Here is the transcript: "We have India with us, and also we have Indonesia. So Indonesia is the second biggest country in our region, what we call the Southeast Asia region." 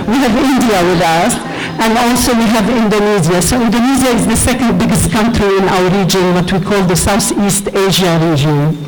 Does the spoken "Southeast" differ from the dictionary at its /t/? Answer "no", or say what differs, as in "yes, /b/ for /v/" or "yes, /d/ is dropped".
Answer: no